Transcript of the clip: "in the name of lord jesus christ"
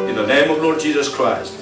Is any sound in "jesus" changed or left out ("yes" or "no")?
no